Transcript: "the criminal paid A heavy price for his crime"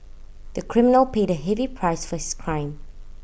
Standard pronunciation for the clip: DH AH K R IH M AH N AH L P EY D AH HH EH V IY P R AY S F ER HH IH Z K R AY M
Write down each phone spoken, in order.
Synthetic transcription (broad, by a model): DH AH K R IH M AH N AH L P EY D AH HH EH V IY P R AY S F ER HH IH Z K R AY M